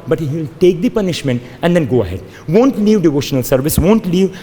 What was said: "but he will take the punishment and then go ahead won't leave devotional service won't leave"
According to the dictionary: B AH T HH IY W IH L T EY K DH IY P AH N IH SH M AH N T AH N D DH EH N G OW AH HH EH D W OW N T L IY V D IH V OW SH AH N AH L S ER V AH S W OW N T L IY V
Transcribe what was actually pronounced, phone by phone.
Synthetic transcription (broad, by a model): B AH T HH IY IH L T EY K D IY P AH N IH SH M AH N T AH N D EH N G OW AH HH EH D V OW N T L IY V D IH V OW SH AH N AH L S ER V AH S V OW N T L IY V